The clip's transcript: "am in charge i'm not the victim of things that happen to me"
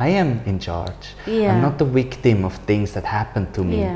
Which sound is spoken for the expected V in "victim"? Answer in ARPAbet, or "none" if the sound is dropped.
W